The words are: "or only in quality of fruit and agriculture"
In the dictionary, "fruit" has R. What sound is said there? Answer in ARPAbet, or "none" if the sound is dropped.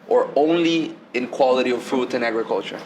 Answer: none